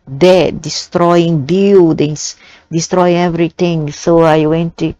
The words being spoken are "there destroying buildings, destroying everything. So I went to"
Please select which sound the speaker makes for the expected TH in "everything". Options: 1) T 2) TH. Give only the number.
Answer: 1